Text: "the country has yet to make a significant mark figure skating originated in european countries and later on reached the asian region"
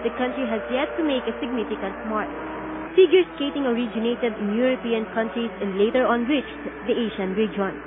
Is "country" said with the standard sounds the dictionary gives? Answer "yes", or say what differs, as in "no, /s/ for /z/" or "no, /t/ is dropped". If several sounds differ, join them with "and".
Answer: yes